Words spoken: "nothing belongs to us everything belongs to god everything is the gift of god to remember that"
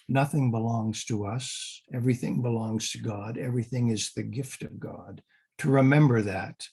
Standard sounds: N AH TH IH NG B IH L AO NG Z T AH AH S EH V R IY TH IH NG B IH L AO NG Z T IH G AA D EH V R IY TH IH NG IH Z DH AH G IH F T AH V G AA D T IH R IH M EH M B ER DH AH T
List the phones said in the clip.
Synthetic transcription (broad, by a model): N AH TH IH NG B IH L AO NG Z T AH AH S EH V R IY TH IH NG B IH L AO NG Z T IH G AA D EH V R IY TH IH NG IH Z DH AH G IH F T AH V G AA D T IH R IH M EH M B ER DH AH T